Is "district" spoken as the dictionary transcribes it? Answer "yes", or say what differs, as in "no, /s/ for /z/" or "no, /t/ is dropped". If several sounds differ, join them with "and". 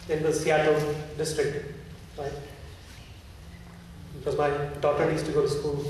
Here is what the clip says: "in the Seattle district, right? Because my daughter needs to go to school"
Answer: yes